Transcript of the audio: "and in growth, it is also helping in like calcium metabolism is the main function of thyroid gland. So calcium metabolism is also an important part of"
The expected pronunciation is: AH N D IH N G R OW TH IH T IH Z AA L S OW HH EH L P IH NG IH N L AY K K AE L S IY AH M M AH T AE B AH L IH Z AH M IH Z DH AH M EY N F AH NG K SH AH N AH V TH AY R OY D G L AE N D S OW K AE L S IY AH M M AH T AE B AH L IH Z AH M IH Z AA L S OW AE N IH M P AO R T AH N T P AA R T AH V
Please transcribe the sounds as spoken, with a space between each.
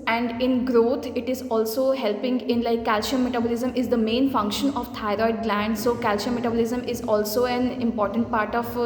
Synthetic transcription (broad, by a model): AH N D IH N G R OW T IH T IH Z AA L S OW HH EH L P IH NG IH N L AY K K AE L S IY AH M M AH T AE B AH L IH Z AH M IH Z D AH M EY N F AH NG K SH AH N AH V T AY R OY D G L AE N D S OW K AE L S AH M M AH T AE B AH L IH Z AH M IH Z AA L S OW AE N IH M P AO R T AH N T P AA R T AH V